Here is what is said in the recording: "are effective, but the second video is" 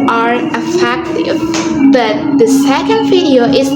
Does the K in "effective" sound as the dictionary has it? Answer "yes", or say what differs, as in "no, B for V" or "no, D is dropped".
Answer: yes